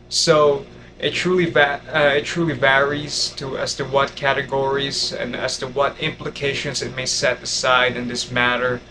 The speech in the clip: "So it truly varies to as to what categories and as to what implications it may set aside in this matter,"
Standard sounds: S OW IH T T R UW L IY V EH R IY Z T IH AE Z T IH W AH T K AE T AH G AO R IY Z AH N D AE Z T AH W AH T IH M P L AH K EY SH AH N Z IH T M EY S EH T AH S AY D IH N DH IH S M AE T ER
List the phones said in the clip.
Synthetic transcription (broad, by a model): S OW IH T T R UW L IY V EH R IY Z T IH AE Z T IH W AH T K AE T AH G AO R IY Z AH N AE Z T AH W AH T IH M P L AH K EY SH AH N Z IH T M EY S EH T AH S AY D IH N DH IH S M AE T ER